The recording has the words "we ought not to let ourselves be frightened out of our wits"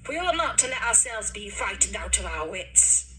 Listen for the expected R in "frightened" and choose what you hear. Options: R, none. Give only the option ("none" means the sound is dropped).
none